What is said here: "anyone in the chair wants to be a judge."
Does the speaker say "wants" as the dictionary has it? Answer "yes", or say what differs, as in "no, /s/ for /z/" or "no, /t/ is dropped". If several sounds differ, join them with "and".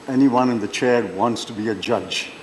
yes